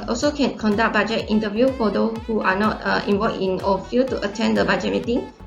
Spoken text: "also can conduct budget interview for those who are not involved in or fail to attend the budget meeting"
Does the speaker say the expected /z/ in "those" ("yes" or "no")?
no